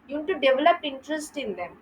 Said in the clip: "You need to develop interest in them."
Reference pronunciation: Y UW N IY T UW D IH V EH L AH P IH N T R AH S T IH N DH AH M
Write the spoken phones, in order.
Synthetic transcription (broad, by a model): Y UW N T UW D IH V EH L AH P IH N T R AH S T IH N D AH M